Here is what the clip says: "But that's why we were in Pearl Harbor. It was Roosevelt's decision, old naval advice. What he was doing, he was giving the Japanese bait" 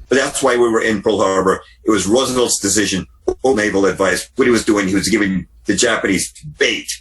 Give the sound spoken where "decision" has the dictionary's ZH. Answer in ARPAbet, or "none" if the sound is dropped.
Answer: ZH